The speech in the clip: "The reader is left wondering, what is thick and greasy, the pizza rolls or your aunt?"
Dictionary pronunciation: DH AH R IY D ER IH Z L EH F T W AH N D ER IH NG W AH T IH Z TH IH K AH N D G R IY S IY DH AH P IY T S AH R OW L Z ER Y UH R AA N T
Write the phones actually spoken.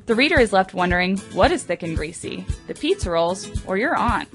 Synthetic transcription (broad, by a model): DH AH R IY D ER IH Z L EH F T W AH N D ER IH NG W AH T IH Z TH IH K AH N G R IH S IY DH AH P IY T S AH R OW L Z ER Y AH R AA N